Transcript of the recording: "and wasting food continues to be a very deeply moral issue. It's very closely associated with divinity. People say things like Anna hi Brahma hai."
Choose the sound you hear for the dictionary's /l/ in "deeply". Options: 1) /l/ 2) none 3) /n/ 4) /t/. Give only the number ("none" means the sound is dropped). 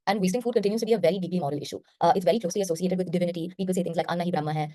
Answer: 1